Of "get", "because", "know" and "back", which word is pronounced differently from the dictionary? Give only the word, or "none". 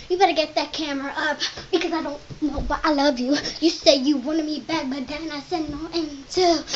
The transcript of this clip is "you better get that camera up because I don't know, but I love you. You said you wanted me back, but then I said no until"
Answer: none